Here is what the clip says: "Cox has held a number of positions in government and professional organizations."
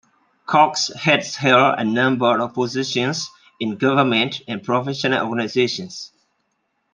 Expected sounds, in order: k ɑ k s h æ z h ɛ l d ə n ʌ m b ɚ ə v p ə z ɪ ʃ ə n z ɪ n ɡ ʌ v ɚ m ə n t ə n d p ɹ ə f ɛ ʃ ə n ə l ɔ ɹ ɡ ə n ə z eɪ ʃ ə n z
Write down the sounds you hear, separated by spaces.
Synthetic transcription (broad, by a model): k ɑ k s h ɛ s h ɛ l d ə n ʌ m b ɚ ə v p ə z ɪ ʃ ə n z ɪ n ɡ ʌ v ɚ m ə n t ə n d p ɹ ə f ɛ ʃ ə n ə l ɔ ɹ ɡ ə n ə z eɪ ʃ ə n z